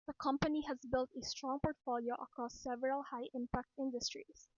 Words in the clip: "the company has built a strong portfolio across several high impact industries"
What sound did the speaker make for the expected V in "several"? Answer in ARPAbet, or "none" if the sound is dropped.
V